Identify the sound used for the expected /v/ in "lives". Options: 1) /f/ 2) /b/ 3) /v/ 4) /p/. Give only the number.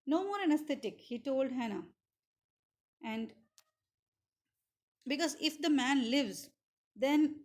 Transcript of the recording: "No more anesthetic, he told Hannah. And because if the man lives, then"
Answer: 3